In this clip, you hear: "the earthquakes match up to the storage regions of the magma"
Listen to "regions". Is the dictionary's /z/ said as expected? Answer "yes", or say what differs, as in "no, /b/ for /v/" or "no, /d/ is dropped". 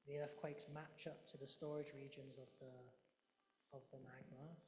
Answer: yes